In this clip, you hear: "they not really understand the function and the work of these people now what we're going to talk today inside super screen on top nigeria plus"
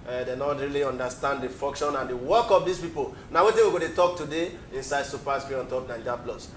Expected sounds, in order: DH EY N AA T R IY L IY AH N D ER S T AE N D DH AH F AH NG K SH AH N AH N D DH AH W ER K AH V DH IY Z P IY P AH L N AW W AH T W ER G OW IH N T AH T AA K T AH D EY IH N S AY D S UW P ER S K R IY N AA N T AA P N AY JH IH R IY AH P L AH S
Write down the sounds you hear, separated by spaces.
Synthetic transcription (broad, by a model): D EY N AA T R IY L IY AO N D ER S T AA N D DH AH F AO NG K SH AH N AH N D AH W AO K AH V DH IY S P IY P AH L N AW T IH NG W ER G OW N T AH T AA K T AH D EY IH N S AY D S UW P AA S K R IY AA N T AA P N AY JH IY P L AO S